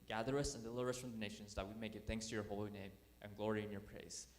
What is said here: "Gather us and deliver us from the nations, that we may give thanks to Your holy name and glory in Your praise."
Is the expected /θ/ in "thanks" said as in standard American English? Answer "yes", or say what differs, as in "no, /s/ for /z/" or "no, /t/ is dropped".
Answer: yes